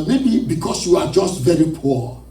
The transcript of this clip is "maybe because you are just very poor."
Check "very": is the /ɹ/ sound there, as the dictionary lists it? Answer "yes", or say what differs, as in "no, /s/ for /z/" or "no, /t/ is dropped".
yes